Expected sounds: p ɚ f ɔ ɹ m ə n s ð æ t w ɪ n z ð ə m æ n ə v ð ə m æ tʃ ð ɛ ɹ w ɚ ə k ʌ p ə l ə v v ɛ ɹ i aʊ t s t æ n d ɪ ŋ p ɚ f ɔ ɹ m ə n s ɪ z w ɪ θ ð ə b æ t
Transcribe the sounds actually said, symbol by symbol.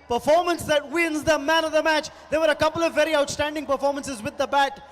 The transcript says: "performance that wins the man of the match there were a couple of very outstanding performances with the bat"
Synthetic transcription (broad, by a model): p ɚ f ɔ ɹ m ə n s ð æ t w ɪ n z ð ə m æ n ə v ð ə m æ tʃ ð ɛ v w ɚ ə k ʌ p ə l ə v v ɛ ɹ i aʊ t s t æ n d ɪ ŋ p ɚ f ɔ ɹ m ə n s ɪ z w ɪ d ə b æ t